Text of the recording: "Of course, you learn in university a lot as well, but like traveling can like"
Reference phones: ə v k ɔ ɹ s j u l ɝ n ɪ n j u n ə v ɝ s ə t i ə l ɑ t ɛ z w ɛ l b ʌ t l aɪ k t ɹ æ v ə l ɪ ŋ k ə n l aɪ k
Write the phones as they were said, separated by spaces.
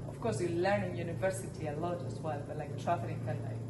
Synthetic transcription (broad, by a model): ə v k ɔ ɹ s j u l ɝ n ɪ n j u n ə v ɝ s ə t i ə l ɑ t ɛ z w ɛ l b ʌ t l aɪ k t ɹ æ f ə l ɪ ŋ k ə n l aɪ